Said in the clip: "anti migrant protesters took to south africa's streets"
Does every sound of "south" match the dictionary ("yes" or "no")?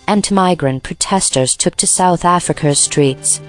yes